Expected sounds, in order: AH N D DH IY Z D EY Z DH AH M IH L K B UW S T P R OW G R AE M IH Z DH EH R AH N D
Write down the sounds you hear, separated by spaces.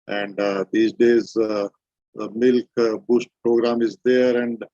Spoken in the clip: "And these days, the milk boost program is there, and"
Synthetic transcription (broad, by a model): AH N D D IY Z D EY Z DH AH M IH L K B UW S T P R OW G R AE M IH Z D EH R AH N D